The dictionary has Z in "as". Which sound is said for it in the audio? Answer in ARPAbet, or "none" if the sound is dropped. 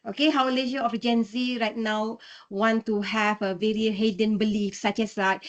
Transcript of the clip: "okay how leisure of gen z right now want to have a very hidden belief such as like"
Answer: S